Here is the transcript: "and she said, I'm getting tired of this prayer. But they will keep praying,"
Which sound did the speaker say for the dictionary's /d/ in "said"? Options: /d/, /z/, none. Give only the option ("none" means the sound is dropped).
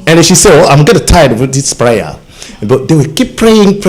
none